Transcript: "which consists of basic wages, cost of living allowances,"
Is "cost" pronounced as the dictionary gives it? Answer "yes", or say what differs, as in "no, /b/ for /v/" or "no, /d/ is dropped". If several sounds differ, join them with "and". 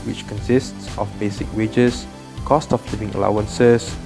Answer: yes